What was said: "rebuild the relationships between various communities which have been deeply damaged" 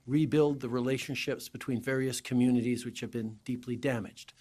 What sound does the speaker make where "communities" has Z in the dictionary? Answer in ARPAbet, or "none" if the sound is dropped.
Z